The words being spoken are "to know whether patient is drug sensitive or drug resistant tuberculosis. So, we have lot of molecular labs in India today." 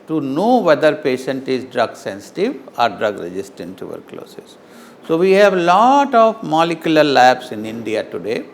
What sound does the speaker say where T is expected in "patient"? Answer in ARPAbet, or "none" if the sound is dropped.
T